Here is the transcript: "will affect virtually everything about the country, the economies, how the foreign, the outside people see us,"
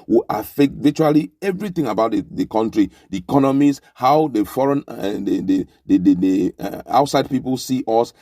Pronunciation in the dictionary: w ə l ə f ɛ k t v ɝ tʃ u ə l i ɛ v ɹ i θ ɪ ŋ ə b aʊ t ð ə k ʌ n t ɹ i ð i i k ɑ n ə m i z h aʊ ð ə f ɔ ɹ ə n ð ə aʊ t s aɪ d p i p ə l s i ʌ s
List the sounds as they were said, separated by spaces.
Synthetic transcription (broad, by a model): w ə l ə f ɛ k t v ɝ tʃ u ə l i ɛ v ɹ i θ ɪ ŋ ə b aʊ t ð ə k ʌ n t ɹ i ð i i k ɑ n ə m i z h aʊ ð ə f ɔ ɹ ə n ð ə aʊ t s aɪ d p i p ə l s i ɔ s